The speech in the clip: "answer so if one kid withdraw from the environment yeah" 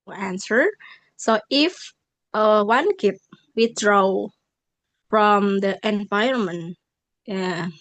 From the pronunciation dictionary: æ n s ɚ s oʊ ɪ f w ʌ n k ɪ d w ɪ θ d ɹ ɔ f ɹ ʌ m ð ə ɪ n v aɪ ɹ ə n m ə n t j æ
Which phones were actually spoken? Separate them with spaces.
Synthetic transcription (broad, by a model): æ n s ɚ s oʊ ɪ f w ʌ n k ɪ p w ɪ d ɹ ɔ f ɹ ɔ m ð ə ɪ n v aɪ ə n m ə n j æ